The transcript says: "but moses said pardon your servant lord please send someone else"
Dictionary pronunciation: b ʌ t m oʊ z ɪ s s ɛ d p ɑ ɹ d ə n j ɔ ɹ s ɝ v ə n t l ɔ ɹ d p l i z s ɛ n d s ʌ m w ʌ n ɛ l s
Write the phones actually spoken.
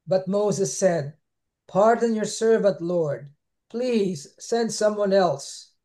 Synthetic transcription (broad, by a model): b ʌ t m oʊ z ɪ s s ɛ d p ɑ ɹ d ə n j ɔ ɹ s ɝ v ə n t l ɔ ɹ d p l i z s ɛ n d s ʌ m w ʌ n ɛ l s